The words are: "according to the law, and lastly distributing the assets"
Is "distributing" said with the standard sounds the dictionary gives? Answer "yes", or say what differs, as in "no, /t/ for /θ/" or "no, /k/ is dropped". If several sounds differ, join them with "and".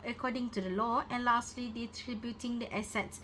no, /s/ is dropped